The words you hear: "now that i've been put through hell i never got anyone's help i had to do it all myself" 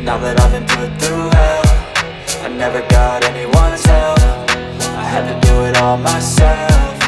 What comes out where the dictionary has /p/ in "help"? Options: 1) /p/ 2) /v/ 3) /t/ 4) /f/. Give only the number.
4